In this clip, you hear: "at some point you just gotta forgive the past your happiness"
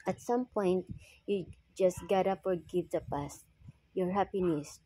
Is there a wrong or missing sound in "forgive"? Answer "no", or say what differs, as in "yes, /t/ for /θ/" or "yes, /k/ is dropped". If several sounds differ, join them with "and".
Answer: yes, /p/ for /f/